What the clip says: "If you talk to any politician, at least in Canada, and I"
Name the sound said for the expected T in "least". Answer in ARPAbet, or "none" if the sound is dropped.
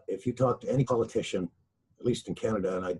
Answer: T